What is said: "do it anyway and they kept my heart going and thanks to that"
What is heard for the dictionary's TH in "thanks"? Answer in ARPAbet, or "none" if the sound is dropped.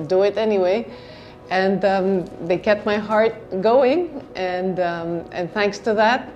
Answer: TH